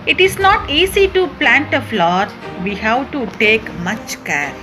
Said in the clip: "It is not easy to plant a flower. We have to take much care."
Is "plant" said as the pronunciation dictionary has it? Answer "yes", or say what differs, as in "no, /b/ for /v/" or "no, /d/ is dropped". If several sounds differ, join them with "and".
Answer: yes